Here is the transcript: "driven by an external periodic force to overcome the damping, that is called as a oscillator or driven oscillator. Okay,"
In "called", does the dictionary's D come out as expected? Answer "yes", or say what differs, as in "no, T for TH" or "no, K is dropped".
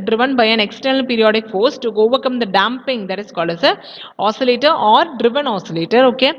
no, D is dropped